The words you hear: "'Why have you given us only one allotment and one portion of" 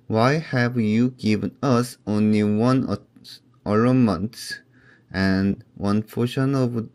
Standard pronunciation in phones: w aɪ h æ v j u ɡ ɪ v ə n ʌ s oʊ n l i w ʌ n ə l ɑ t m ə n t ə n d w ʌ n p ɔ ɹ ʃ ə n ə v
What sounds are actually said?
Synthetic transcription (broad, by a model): w aɪ h æ v j u ɡ ɪ v ə n ʌ s oʊ n l i w ʌ n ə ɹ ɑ m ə n t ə n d w ʌ n f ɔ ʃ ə n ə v